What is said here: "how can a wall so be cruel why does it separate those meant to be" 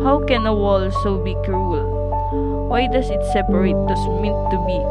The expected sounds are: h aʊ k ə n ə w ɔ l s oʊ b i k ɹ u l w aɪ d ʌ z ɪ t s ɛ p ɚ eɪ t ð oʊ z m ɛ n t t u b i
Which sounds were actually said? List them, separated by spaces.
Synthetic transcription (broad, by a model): h aʊ k ə n ə w ɔ l s oʊ b i k ɹ u l w aɪ d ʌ s ɪ t s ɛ p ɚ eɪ t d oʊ s m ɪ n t t u b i